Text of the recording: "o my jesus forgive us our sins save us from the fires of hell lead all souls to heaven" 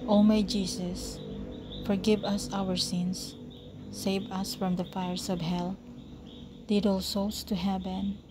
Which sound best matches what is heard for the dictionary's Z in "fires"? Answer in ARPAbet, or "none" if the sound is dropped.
S